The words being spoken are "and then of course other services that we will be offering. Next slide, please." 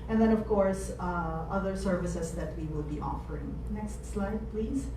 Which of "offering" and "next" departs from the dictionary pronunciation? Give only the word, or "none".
none